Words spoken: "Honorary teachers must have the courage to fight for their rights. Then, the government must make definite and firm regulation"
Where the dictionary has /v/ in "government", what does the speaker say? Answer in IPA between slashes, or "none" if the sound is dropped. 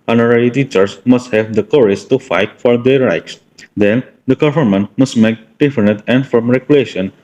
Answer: /f/